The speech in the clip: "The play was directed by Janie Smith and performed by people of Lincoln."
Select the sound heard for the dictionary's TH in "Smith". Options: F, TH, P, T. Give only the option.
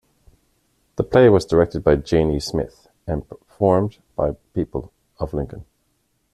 TH